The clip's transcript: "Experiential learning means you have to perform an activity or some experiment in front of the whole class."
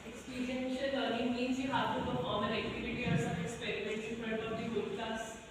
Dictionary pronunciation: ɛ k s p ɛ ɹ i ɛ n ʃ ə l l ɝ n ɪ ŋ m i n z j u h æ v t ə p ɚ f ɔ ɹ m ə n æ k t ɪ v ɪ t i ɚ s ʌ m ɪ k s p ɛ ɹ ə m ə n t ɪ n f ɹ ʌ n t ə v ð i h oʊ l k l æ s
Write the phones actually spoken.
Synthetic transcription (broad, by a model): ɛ k s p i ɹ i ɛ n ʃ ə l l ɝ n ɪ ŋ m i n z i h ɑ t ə p ɚ f ɔ ɹ m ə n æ k t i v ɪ t i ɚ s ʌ ɪ k s p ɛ ɹ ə m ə n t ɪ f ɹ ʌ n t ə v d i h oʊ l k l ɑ s